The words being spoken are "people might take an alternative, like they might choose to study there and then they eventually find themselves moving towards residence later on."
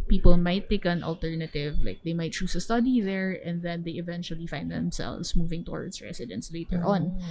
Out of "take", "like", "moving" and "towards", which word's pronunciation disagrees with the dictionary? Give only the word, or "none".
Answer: towards